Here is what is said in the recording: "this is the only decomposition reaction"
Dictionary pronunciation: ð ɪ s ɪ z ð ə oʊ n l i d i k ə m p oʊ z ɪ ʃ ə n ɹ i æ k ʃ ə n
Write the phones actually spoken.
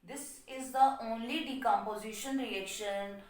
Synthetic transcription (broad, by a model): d ɪ s ɪ z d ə oʊ n l i d i k ə m p oʊ z ɪ ʃ ə n ɹ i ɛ k ʃ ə n